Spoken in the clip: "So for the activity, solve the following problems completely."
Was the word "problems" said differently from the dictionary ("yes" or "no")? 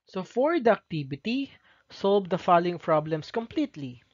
yes